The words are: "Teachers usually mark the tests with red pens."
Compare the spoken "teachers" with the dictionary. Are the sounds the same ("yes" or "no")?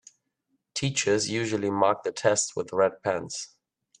yes